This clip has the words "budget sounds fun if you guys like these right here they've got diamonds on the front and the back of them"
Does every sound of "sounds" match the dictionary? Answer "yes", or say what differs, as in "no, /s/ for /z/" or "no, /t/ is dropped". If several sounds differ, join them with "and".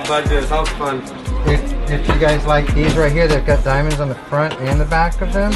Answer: no, /n/ is dropped